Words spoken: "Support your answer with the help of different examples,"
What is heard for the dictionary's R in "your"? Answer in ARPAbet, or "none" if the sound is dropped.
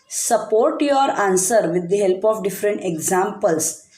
R